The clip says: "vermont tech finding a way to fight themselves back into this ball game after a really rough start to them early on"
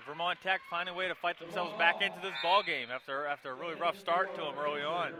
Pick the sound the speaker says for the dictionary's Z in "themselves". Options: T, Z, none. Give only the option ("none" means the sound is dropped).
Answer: Z